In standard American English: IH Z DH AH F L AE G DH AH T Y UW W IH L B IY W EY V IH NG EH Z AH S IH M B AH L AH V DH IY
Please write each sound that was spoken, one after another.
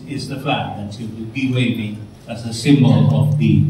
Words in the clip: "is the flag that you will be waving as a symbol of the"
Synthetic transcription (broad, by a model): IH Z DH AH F AE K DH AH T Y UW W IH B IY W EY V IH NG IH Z AH S IH M B AH L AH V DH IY